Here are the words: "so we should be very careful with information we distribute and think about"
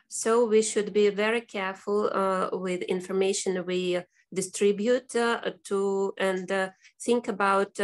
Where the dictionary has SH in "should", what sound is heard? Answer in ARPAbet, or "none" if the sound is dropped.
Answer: SH